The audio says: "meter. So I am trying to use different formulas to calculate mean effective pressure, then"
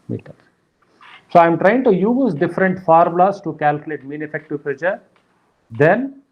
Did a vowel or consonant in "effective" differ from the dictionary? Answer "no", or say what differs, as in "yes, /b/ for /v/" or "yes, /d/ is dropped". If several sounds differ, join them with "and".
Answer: no